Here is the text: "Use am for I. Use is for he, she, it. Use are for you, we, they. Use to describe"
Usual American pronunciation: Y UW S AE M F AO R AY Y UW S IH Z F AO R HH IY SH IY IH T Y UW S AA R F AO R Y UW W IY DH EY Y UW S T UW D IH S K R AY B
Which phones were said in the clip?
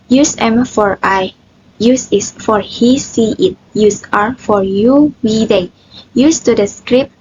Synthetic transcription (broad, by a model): Y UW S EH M F AO R AY Y UW S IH S F AO R HH IY S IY IH T Y UW S AA R F AO R Y UW W IY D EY Y UW S T UW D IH S K R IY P